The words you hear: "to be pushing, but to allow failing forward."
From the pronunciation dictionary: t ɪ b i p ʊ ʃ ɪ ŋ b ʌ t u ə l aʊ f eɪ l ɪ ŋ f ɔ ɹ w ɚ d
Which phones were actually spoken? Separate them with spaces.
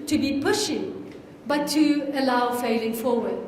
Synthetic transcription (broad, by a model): t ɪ b i p ʊ ʃ ɪ ŋ b ʌ t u ə l aʊ f eɪ l ɪ ŋ f ɔ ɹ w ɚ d